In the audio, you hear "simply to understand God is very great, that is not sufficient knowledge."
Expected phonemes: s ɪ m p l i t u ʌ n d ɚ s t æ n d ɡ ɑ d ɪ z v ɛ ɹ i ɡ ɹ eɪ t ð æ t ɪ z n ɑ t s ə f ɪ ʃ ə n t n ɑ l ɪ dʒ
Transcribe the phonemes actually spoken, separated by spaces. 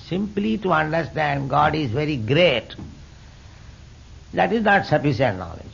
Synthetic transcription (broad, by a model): s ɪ m p l i t u ʌ n d ɚ s t æ n d ɡ ɑ d ɪ z v ɛ ɹ i ɡ ɹ eɪ t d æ t ɪ z n ɑ t s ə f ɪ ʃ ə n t n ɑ l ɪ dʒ